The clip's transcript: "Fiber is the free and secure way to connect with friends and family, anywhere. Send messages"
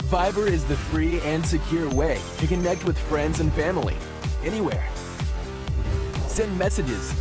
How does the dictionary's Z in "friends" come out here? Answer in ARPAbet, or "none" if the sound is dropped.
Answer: Z